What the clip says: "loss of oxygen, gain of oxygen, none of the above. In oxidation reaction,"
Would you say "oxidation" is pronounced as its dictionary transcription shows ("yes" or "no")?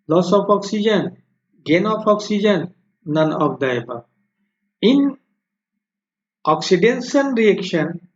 no